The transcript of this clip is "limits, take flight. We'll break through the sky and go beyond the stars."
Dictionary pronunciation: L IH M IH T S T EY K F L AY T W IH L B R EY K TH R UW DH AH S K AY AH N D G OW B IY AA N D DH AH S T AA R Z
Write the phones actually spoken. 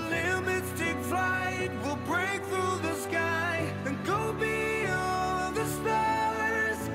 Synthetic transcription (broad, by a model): L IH M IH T S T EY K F L AY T W IH L B R EY K TH R UW DH AH S K AY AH N G OW B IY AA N DH AH S T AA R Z